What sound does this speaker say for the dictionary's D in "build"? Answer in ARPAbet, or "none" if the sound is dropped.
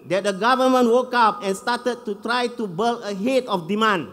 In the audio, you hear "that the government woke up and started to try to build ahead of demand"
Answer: none